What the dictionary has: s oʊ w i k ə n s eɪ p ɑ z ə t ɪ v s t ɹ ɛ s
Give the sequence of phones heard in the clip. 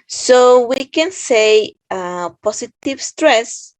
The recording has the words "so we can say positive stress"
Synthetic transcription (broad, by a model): s oʊ w i k ə n s eɪ p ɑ s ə t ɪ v s t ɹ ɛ s